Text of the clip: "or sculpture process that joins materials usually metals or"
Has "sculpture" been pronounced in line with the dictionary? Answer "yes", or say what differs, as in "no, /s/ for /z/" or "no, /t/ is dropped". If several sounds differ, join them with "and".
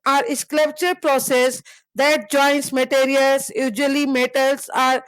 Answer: no, /l/ is dropped